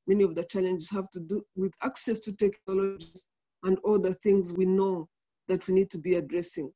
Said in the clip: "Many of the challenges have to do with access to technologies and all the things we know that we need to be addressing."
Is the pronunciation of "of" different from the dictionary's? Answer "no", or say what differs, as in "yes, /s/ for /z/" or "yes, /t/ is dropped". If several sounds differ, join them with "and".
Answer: no